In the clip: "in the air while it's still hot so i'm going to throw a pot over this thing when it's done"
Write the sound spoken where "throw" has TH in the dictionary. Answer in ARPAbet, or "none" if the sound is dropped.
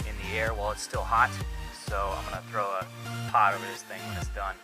TH